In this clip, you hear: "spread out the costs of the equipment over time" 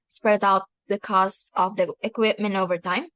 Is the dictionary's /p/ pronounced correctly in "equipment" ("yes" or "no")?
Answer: yes